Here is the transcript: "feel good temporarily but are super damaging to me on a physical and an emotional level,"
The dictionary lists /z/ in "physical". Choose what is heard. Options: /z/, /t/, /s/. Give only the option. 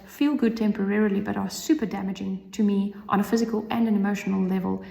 /z/